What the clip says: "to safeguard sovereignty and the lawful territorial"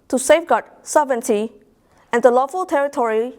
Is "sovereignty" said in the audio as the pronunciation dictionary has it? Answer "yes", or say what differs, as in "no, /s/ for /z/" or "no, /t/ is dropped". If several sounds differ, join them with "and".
no, /ɹ/ is dropped